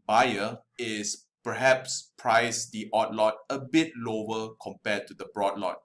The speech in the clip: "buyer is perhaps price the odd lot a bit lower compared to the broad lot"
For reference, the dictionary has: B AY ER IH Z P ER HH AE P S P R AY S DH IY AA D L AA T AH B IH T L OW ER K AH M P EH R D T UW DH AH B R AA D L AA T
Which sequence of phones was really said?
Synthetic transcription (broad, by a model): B AY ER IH S P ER HH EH P S P R AY S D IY AA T L AA T AH B IH T L OW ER K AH M P EH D T UW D AH B R AA D L AA T